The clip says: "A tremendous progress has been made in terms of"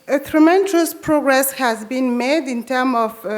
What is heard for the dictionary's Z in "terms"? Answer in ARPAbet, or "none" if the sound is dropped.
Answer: none